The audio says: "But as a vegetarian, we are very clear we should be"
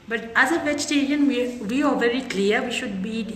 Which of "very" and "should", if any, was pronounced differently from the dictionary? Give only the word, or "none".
none